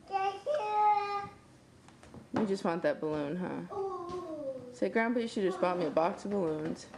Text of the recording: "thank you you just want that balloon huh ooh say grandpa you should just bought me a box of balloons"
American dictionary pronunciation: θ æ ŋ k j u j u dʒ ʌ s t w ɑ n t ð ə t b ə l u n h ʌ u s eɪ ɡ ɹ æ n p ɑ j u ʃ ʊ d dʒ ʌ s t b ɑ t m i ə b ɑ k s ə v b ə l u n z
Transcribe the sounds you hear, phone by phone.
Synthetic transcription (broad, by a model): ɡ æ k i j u dʒ ʌ s t w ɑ n ð ə t b ə l u n h ʌ s eɪ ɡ ɹ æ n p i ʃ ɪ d dʒ ʌ s t b ɑ t m i ə b ɑ k s ə v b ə l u n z